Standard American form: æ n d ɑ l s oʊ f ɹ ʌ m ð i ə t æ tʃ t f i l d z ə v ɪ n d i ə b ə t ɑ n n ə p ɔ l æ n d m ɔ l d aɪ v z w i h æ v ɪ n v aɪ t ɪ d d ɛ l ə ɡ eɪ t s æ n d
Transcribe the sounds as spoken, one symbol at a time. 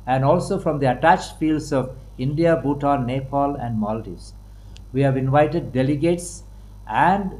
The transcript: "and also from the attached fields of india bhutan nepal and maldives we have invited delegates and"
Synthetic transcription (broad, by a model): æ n d ɑ l s oʊ f ɹ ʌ m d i ə t æ tʃ t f i l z ə v ɪ n d i ə b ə t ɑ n n ə p ɔ l æ n d m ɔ l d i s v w i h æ v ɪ n v aɪ t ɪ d d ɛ l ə ɡ eɪ t s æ n d